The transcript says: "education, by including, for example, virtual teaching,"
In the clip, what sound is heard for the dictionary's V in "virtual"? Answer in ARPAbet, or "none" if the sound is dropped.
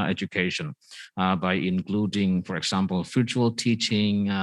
F